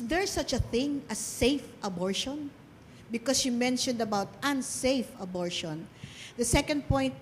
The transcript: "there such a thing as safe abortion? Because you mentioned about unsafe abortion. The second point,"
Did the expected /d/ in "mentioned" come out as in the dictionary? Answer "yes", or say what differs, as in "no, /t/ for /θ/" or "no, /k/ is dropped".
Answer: yes